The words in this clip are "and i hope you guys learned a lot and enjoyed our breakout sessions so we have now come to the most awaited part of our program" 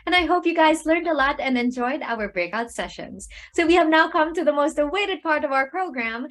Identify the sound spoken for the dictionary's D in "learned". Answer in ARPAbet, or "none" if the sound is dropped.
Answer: D